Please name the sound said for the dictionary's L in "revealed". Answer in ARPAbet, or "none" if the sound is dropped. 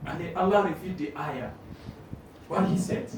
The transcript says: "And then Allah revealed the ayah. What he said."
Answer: none